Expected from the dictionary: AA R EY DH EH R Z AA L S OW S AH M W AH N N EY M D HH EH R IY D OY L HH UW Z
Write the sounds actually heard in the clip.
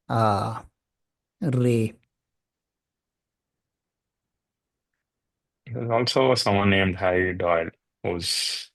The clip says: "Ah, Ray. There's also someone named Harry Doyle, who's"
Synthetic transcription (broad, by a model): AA R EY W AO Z AA L S OW S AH M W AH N N EY M D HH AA IY D OY L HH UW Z